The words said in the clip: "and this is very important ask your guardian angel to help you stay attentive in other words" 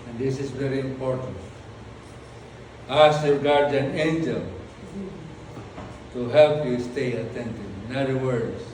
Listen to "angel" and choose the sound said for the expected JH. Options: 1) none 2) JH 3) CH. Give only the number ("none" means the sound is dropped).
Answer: 2